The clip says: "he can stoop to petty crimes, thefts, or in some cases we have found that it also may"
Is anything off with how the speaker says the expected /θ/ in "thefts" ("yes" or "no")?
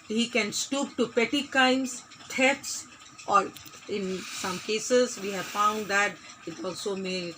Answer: yes